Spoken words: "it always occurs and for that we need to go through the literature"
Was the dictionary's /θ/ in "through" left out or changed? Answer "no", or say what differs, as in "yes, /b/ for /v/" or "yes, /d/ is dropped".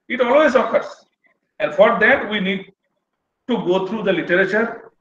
yes, /t/ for /θ/